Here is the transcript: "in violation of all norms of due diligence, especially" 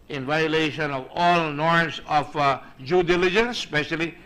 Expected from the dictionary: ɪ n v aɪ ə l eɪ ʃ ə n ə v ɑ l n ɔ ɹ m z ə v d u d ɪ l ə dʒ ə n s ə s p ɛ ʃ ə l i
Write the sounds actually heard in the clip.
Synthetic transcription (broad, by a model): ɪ n v aɪ ə l eɪ ʃ ə n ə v ɑ l n ɔ ɹ m s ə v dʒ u d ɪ l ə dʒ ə n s s p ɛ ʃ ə l i